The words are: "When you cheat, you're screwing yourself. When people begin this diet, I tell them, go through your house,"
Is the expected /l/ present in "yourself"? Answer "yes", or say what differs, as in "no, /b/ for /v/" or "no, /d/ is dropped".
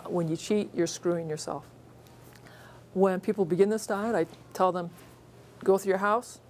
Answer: yes